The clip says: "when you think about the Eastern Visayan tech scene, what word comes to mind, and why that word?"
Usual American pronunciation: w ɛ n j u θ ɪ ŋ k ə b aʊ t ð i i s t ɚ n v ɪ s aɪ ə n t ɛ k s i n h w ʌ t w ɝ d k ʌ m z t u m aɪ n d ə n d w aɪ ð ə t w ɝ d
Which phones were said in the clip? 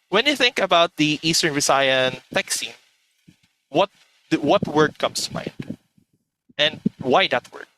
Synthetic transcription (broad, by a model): w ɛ n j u θ ɪ ŋ k ə b aʊ t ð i i s t ɚ n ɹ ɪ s aɪ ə n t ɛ k s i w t w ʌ t w ɝ d k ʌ m s t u m aɪ n d ə n d w aɪ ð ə t w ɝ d